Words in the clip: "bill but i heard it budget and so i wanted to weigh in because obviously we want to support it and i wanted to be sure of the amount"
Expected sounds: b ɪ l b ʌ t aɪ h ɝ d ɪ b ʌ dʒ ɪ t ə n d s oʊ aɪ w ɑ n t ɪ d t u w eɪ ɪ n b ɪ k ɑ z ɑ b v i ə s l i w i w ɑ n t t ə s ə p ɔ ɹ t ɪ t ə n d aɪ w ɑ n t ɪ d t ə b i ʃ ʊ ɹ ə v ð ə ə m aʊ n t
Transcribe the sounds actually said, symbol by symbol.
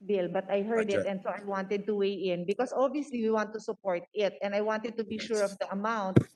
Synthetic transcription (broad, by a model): b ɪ l b ʌ t aɪ h ɝ d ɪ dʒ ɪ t ə n d s oʊ aɪ w ɑ n t ɪ d t u w eɪ ɪ n b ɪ k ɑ s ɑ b i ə s l i w i w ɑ n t t ə s ə p ɔ ɹ t ɪ t ə n d aɪ w ɑ n t ɪ d t ə b i ʃ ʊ ɹ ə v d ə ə m aʊ n t